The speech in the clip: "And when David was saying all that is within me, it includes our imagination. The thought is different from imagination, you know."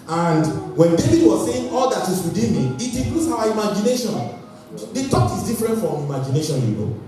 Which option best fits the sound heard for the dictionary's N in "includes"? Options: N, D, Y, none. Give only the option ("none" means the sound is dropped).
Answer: none